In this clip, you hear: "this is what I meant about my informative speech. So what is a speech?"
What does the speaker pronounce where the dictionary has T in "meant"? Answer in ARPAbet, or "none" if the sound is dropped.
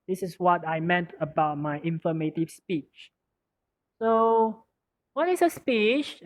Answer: T